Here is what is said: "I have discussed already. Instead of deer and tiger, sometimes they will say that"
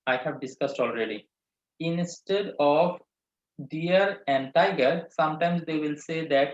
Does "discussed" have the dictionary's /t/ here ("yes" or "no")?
yes